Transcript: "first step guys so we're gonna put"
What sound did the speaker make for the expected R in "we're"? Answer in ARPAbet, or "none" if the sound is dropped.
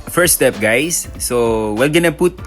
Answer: L